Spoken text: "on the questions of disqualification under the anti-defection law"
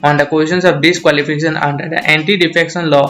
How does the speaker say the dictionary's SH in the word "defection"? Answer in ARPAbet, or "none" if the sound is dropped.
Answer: S